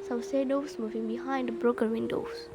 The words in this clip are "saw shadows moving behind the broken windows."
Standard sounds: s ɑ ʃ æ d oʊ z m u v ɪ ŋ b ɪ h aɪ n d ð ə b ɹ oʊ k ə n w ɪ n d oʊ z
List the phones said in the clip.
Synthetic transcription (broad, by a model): s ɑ s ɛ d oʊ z m u v ɪ ŋ b ɪ h aɪ n d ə b ɹ oʊ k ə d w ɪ n d oʊ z